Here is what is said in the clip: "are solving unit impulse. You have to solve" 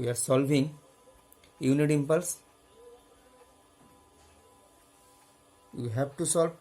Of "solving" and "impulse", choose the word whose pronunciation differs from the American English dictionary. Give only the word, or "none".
none